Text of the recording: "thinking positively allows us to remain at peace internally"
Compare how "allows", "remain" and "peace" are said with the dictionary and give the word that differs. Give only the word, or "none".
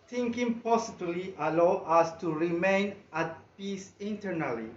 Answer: allows